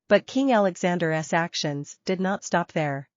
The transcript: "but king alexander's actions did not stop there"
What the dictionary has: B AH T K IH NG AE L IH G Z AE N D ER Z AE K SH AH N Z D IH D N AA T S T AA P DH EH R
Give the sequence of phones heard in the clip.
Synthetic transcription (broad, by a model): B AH T K IH NG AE L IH G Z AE N D ER S AE K SH AH N Z D IH D N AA T S T AA P DH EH R